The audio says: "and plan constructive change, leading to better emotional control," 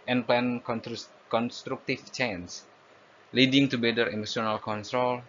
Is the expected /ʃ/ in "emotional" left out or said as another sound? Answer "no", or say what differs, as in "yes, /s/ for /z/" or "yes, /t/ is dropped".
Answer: yes, /s/ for /ʃ/